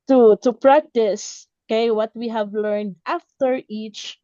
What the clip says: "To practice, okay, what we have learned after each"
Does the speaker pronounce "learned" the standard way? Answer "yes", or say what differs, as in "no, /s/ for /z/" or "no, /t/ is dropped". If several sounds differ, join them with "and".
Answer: yes